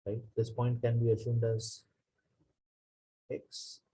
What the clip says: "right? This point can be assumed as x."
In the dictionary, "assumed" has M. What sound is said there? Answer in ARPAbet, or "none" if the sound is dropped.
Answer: M